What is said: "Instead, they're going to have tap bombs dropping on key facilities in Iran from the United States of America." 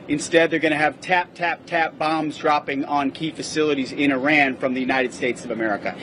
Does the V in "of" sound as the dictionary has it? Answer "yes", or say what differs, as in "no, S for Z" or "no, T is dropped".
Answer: yes